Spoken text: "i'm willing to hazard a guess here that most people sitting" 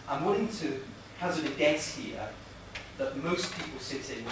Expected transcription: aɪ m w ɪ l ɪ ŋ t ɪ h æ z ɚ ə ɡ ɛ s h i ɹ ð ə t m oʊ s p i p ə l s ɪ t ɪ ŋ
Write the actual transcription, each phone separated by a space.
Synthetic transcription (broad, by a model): aɪ m w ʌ n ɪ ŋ t ɪ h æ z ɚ ə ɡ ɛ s h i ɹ ð ə t m oʊ s p i p ə l s ɪ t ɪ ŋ